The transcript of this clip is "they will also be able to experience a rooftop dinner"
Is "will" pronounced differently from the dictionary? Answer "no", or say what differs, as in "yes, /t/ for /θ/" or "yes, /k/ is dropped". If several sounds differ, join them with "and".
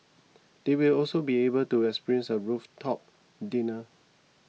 no